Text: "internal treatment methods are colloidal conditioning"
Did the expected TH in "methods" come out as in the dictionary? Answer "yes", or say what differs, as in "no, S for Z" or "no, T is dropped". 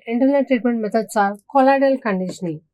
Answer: no, T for TH